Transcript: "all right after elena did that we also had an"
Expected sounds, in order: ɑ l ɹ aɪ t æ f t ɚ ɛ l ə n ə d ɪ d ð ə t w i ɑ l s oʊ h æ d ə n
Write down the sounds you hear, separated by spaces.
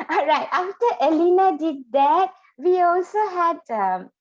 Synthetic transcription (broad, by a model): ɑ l ɹ aɪ t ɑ f t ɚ ɛ l ə n ə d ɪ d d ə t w i ɑ l s oʊ h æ d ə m